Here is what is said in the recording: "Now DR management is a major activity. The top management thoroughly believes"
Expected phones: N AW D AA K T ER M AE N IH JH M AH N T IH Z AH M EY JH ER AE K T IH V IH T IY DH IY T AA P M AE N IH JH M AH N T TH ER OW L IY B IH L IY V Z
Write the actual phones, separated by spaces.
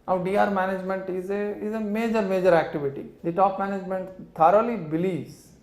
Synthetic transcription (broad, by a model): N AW D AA T M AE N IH JH M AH N T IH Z AH M EY JH ER AE K T IH V IH T IY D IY T AA P M AE N IH JH M AH N T T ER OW L IY B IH L IY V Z